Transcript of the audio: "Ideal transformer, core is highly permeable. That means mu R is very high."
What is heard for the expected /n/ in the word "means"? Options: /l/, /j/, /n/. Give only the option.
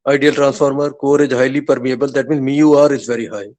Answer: /n/